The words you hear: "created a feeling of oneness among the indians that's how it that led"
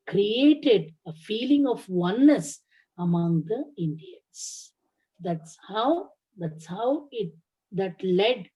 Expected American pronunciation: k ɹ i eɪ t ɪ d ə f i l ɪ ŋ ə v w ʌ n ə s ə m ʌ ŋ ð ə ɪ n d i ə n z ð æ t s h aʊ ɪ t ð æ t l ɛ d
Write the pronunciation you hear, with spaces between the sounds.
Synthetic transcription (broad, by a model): k ɹ i eɪ t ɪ d ə f i l ɪ ŋ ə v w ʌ n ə s ə m ʌ ŋ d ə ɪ n d i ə n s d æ t s h aʊ ɪ t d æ t l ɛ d